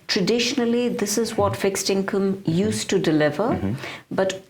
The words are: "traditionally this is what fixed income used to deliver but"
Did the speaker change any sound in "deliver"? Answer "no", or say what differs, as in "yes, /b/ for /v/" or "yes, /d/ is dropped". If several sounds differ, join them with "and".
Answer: no